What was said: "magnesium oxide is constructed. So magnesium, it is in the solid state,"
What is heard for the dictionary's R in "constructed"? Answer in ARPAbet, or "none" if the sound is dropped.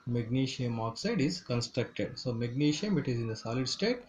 R